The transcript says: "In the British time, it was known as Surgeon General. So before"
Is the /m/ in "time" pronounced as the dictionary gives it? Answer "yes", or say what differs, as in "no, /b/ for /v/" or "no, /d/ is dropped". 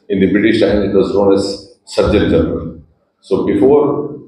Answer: no, /m/ is dropped